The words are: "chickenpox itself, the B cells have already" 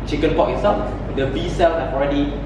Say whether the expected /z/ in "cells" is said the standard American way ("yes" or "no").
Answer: no